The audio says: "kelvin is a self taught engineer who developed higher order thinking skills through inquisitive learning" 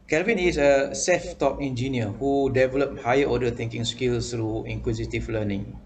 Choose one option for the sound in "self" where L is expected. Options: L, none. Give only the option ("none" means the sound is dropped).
none